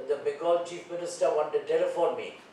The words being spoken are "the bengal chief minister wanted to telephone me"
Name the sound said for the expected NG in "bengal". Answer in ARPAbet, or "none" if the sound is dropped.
none